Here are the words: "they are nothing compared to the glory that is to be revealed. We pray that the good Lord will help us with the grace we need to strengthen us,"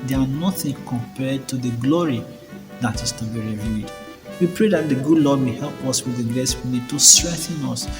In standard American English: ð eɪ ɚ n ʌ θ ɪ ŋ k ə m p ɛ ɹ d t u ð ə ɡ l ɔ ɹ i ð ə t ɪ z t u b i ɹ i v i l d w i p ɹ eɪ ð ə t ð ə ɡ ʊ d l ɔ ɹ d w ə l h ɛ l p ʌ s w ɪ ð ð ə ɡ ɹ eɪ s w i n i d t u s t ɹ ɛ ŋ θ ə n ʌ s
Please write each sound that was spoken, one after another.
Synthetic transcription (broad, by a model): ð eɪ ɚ n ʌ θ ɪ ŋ k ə m p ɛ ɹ d t u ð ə ɡ l ɔ ɹ i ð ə t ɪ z t u b i ɹ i v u d w i p ɹ eɪ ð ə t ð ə ɡ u d l ɔ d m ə h ɛ l p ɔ s w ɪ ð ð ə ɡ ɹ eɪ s w i n i d t u s t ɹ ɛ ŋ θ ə n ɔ s